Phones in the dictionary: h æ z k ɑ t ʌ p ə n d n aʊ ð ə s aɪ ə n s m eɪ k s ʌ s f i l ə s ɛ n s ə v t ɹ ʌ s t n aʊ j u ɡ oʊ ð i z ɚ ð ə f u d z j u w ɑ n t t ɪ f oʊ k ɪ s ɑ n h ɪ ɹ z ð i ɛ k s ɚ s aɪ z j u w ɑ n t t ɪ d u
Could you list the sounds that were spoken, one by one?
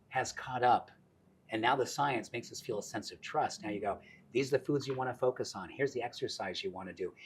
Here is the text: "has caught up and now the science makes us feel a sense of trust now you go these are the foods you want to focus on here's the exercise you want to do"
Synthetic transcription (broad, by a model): h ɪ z k ɑ t ʌ p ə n n aʊ ð ə s aɪ ə n s m eɪ k s ʌ s f i l ə s ɛ n s ə v t ɹ ʌ s t n aʊ j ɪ ɡ oʊ ð i z ɚ ð ə f u d z j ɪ w ɑ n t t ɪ f oʊ k ɪ s n h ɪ ɹ z ð i ɛ k s ɚ s aɪ z j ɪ w ɑ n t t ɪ d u